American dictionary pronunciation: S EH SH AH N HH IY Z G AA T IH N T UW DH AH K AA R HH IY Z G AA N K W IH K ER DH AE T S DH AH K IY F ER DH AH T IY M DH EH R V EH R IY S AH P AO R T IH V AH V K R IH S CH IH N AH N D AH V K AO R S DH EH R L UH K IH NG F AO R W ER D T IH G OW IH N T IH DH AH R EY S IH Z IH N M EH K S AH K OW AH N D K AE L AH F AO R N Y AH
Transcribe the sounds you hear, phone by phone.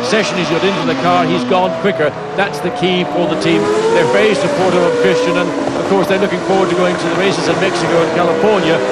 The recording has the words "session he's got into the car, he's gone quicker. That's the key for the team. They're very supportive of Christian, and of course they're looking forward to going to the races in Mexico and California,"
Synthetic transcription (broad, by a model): S EH SH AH N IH Z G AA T IH N T UW DH AH K AA R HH IY Z G AA N K W IH K ER DH AE T S DH AH K IY F ER DH AH T IY M DH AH R F EH IY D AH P AO R T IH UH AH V K R IH S CH IH N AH N AH V K AO R S DH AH R L UH K IH NG F AO R W ER D T IH G OW IH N T IH DH AH R EY S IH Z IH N M EH K S AH K OW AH N K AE L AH F AO R N Y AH